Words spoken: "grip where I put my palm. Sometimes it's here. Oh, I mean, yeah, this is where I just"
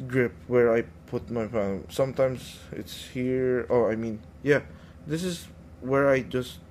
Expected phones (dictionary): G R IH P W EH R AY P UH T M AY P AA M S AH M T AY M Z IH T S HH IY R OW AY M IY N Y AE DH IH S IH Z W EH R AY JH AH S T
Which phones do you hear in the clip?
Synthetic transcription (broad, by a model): G R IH P W EH R AY P UH T M AY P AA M S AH M T AY M S IH T S HH IY R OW AY M IY N Y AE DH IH S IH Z W EH R AY JH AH S T